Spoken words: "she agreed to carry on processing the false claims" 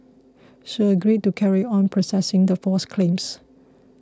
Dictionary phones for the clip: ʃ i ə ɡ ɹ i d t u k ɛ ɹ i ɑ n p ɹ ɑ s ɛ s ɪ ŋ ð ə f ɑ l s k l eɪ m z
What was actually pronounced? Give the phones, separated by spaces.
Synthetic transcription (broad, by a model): ʃ i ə ɡ ɹ i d t u k ɛ ɹ i ɑ n p ɹ ɑ s ɛ s ɪ ŋ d ə f ɑ s k l eɪ m s